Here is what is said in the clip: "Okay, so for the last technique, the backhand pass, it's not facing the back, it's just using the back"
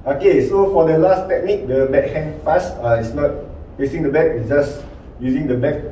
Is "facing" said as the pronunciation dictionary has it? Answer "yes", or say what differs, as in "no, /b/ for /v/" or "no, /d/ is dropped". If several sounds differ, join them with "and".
no, /p/ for /f/